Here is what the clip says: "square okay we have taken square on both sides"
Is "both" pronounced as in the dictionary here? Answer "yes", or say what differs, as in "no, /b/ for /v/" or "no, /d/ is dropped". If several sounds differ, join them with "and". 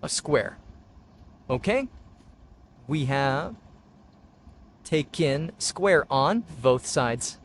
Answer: yes